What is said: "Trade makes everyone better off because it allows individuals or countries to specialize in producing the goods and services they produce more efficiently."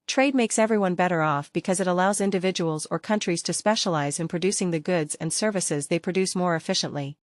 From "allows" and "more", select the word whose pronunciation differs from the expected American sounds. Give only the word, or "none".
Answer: none